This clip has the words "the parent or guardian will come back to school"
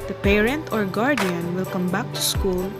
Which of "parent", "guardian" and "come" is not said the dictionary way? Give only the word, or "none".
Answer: none